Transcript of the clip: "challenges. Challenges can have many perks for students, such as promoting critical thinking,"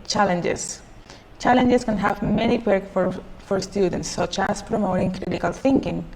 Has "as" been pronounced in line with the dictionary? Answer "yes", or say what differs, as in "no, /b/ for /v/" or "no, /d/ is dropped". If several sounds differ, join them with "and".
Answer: no, /s/ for /z/